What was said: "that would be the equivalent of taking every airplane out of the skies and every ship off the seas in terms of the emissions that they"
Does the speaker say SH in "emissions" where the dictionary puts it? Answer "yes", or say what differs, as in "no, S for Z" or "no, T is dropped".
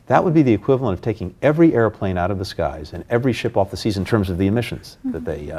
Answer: yes